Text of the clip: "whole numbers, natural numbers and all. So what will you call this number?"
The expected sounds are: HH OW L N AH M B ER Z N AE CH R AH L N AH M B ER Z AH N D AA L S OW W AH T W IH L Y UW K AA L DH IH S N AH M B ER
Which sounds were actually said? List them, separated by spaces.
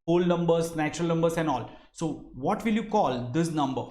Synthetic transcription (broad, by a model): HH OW L N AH M B ER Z N AE CH R AH L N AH M B ER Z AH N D AA L S OW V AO T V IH L Y UW K AA L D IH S N AH M B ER